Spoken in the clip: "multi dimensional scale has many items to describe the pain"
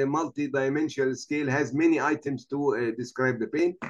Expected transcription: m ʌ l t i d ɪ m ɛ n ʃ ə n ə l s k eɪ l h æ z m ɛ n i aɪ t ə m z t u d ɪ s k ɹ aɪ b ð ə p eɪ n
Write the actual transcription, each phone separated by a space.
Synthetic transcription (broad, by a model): m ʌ l t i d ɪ m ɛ n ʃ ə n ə l s k eɪ l h æ z m ɛ n i aɪ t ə m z t u d ɪ s k ɹ aɪ b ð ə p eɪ n